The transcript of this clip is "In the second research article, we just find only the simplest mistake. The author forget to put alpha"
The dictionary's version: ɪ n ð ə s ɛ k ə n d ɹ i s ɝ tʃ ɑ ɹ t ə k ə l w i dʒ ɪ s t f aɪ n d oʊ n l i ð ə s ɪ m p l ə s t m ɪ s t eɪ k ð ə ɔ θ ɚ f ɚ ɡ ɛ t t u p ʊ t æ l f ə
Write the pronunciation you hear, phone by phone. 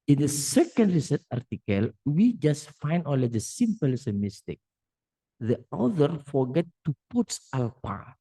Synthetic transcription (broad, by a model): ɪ n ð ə s ɛ k ə n d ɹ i s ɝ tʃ ɑ ɹ t ə k ə l w i dʒ ɪ s t f aɪ n d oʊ l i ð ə s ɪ m p ə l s m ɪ s t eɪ k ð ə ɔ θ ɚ f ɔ ɡ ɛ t t u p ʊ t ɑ l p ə